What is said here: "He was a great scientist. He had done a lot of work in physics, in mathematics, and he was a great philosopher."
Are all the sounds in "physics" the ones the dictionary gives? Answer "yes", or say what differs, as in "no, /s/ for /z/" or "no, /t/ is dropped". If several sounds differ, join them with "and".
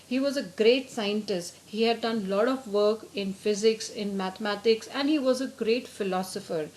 yes